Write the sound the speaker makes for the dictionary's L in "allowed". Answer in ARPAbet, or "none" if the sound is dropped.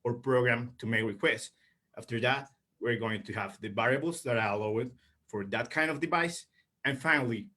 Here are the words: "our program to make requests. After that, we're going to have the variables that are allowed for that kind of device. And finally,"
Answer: W